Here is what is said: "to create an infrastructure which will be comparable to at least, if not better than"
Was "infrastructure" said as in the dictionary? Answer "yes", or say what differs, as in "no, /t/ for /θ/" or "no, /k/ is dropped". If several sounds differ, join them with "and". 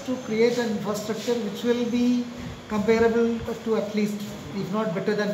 yes